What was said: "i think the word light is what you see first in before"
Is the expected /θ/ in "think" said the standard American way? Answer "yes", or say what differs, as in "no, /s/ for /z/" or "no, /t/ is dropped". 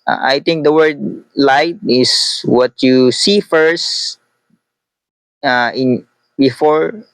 no, /t/ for /θ/